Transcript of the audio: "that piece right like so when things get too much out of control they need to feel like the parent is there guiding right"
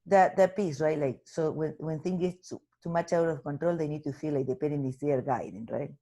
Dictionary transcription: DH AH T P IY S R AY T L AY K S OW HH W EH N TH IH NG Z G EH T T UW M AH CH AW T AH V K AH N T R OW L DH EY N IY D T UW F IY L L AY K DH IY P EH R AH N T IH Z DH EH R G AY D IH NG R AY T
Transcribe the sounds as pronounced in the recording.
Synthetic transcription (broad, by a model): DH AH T P IY S R AY T L AY K S OW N W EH N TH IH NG G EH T T UW M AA CH AW T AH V K AH N T R OW L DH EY N IY D T UW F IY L L AY K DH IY P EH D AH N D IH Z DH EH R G AY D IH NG R AY T